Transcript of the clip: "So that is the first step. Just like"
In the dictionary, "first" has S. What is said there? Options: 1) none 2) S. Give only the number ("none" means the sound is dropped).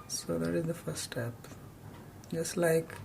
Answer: 1